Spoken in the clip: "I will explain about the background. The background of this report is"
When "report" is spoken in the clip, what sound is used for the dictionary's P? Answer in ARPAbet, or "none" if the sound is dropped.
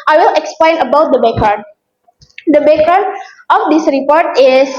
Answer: P